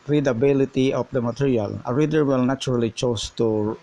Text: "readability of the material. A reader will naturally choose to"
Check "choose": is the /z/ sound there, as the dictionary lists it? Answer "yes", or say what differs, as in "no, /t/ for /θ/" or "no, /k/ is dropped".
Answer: no, /s/ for /z/